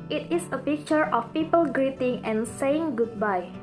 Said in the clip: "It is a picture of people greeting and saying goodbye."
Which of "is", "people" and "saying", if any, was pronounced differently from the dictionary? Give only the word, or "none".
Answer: is